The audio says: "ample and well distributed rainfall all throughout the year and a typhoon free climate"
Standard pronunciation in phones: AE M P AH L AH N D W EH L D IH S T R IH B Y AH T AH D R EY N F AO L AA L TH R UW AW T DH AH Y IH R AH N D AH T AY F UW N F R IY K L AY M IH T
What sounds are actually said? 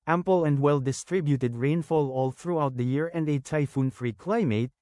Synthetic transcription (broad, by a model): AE M P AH L AH N D W EH L D IH S T R IH B Y AH T AH D R EY N F AO L AA L TH R UW AW T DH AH Y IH R AH N D AH T AY F UW N F R IY K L AY M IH T